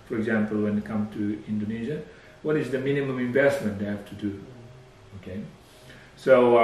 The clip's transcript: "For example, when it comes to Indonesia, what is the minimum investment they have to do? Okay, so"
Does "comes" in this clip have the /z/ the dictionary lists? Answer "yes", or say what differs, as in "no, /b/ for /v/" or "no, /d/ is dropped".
no, /z/ is dropped